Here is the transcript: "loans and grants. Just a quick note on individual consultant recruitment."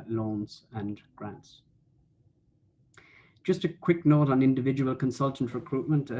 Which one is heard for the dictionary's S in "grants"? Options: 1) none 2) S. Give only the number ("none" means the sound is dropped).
2